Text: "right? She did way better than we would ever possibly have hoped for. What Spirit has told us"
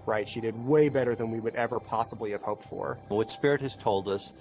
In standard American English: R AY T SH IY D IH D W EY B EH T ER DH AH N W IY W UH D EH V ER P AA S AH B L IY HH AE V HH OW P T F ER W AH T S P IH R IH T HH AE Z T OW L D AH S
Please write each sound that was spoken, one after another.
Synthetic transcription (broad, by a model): R AY T SH IY D IH D W EY B EH T ER DH AH N W IY W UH D EH V ER P AA S AH B L IY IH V HH OW P T F ER W AH T S P IH R IH T HH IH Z T OW L D AH S